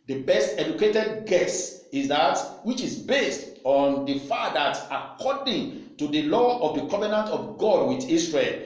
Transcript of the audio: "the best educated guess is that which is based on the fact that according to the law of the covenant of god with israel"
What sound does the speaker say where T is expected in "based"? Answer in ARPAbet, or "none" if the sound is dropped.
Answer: T